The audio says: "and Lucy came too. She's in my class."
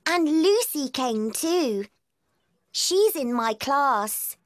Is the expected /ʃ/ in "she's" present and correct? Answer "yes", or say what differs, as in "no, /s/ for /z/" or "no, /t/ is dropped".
yes